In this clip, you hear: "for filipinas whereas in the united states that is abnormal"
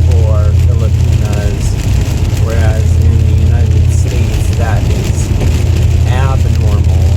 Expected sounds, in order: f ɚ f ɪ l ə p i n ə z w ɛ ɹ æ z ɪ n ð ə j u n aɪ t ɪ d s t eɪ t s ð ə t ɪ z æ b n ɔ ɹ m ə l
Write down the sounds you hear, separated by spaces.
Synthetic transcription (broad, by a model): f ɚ f ɪ l ə p i n ə z w ɛ ɹ æ z ɪ n ð ə j u n aɪ t ɪ d s t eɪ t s ð ə t ɪ z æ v n ɔ ɹ m l